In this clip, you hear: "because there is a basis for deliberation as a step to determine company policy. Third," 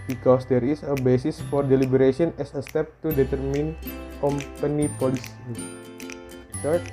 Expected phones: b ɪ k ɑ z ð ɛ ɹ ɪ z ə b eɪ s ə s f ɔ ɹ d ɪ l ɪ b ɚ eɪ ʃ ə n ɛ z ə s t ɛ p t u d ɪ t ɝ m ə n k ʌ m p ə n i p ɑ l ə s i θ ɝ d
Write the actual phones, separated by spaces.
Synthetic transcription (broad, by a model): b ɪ k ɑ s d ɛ ɹ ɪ s ə b eɪ s ə s f ɔ ɹ d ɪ l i b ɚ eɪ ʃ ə n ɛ s ə s t ɛ p t u d ɪ t ɝ m ə n k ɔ m p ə n i p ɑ l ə s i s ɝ